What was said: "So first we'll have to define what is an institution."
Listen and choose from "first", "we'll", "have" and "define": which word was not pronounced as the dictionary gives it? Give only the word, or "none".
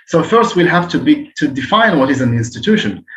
have